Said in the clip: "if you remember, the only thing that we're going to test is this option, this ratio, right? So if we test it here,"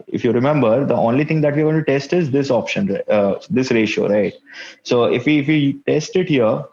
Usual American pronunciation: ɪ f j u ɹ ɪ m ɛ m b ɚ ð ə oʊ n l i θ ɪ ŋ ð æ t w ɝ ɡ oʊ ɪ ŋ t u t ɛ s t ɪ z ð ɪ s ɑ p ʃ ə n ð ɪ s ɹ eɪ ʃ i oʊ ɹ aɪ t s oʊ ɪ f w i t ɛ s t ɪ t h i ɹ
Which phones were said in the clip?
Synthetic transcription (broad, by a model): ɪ f j u ɹ ɪ m ɛ m b ɚ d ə oʊ n l i t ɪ ŋ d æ t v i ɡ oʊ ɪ t u t ɛ s t ɪ z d ɪ s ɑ p ʃ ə n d ɪ s ɹ eɪ ʃ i oʊ ɹ aɪ t s oʊ ɪ f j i t ɛ s t ɪ t h i ɹ